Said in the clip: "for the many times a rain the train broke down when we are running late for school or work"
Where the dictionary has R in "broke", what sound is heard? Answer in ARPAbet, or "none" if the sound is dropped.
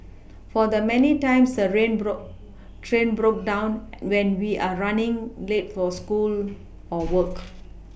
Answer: R